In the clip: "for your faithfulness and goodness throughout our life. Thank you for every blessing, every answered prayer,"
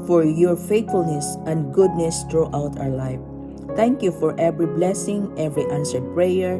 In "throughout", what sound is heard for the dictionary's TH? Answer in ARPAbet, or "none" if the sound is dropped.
T